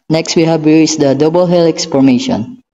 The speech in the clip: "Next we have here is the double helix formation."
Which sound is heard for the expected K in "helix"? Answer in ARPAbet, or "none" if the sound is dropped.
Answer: K